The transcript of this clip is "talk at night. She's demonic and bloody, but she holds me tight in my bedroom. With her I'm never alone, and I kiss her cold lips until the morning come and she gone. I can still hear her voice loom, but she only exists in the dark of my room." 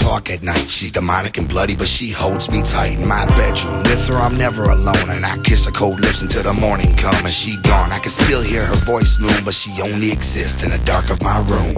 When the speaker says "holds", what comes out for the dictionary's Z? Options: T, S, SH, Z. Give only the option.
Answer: Z